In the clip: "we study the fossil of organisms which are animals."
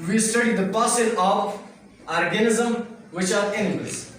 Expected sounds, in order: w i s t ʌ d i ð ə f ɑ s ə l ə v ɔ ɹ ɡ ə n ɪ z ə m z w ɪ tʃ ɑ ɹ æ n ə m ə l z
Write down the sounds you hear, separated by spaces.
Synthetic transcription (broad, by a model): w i s t ʌ d i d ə p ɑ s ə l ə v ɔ ɹ ɡ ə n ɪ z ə m w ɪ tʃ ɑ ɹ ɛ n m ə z